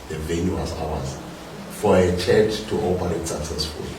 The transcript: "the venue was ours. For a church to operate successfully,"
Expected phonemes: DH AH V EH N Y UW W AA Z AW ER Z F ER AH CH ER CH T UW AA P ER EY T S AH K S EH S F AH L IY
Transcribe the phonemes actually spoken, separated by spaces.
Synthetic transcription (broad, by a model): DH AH V EH N Y UW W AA S AW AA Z F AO AH CH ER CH T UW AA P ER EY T S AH K S EH S F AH L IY